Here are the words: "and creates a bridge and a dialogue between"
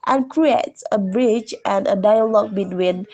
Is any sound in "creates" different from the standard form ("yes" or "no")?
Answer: no